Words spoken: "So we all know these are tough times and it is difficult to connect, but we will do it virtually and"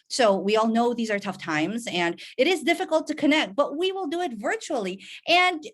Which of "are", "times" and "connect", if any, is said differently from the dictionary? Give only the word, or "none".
none